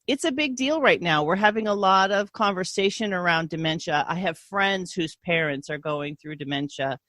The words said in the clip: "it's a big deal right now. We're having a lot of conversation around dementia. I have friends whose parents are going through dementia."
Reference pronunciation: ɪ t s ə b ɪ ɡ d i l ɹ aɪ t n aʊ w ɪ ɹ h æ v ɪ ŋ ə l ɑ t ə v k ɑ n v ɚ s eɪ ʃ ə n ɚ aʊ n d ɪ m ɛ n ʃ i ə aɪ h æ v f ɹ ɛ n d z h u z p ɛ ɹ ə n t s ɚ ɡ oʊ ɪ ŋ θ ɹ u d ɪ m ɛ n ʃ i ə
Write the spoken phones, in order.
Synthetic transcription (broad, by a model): ɪ t s ə b ɪ ɡ d i l ɹ aɪ t n aʊ w ɪ ɹ h æ v ɪ ŋ ə l ɑ t ə v k ɑ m v ɚ s eɪ ʃ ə n ɚ aʊ n d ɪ m ɛ n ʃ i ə aɪ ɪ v f ɹ ɛ n d z h u z p ɛ ɹ ə n t s ɚ ɡ oʊ ɪ ŋ θ ɹ u d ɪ m ɛ n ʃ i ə